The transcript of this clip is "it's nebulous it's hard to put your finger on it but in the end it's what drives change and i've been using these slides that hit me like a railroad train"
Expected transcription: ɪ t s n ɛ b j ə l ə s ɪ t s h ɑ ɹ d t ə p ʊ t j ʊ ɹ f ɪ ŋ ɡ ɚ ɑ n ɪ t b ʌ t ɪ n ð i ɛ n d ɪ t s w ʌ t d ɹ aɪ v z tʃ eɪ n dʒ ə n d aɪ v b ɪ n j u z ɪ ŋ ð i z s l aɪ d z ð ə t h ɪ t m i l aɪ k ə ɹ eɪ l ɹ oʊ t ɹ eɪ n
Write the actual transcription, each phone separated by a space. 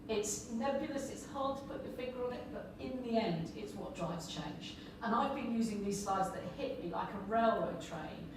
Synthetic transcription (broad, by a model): ɪ t s n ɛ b j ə l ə s ɪ t s h ɑ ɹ d t ə p ʊ t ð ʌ f ɪ ɡ ɚ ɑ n ɪ t b ʌ t ɪ n ð i ɛ n d ɪ t s w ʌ t d ɹ aɪ v z tʃ eɪ n dʒ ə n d aɪ v b ɪ n j u z ɪ ŋ ð i z s aɪ d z ð ə t h ɪ t m i l aɪ k ə ɹ eɪ l w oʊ t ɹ eɪ n